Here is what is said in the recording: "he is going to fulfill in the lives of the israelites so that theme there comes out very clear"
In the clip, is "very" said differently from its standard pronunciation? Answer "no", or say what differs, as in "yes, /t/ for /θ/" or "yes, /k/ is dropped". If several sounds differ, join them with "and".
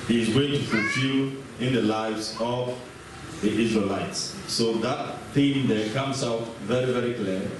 no